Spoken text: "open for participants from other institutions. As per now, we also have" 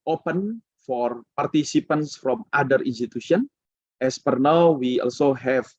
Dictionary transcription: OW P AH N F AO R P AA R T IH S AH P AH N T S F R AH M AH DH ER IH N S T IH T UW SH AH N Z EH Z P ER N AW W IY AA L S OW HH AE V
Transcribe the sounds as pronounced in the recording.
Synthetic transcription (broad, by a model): OW P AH N F AO R P AA R T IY S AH P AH N S F R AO M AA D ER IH N S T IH T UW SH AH N EH S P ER N AW W IY AA L S OW HH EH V